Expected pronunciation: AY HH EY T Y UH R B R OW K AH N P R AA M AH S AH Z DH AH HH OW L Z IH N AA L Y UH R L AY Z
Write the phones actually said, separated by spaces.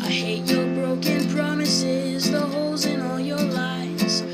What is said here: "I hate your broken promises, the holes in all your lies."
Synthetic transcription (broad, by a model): AY HH EY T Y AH R B R OW K AH N P R AA M AH S AH Z DH AH HH OW L Z IH N AA L Y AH R L AY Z